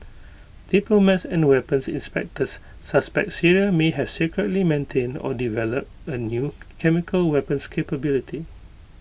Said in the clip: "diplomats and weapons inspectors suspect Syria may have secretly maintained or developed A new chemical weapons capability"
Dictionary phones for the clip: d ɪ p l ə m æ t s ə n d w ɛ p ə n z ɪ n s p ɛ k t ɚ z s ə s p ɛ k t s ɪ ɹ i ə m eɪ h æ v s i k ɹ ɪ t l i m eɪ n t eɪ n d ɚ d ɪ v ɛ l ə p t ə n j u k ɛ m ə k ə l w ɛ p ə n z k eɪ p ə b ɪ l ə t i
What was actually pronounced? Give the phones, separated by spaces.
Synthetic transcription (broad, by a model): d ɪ p l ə m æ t s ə n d w ɛ p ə n s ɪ n s p ɛ k t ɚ s ə s p ɛ k t s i ɹ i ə m eɪ h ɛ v s i k ɹ ɪ t l i m eɪ n t eɪ n d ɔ d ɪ v ɛ l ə p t ə n j u k ɛ m ə k ə l w ɛ p ə n s k eɪ p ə b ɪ l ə t i